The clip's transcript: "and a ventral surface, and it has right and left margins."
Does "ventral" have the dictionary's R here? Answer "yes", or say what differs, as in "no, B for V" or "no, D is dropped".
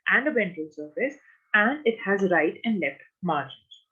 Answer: no, R is dropped